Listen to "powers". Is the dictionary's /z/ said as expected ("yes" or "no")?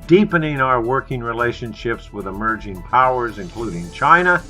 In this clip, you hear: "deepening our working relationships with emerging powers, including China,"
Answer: yes